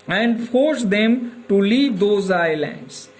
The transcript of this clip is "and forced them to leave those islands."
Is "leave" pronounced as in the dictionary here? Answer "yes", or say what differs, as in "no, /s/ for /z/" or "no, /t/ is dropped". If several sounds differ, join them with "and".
yes